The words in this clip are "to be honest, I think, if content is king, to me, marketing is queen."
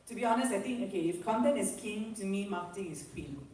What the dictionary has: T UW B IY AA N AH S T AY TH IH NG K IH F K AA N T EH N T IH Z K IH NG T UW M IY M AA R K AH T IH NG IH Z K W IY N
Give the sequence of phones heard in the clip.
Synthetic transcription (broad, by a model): T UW B IY AA N AH S T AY T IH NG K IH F K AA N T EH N IH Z K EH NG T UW M IY M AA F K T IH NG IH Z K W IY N